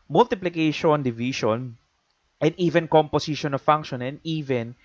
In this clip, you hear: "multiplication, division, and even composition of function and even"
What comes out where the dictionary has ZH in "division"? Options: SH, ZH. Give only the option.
SH